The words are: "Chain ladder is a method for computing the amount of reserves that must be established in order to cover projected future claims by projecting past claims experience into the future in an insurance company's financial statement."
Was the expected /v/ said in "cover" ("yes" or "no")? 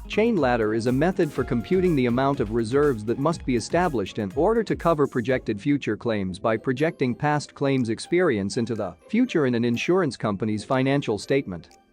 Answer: yes